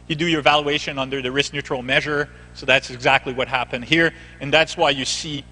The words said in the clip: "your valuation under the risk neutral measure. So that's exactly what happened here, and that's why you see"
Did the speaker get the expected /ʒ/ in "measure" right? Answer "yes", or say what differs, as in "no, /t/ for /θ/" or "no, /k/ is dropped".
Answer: yes